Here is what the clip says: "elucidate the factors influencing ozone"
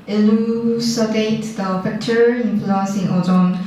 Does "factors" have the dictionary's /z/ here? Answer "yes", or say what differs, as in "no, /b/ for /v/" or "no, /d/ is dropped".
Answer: no, /z/ is dropped